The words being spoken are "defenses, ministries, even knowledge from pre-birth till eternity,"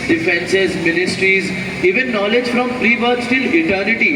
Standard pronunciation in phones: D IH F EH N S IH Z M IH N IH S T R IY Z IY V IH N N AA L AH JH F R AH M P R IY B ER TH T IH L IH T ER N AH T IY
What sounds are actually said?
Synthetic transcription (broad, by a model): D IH F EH N S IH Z M IH N IH S T R IY Z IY V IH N N AA L AH JH F R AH M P R IY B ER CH T IH L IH T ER N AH T IY